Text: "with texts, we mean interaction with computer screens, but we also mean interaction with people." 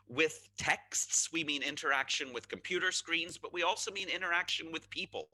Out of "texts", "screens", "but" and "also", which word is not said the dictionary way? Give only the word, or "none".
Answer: none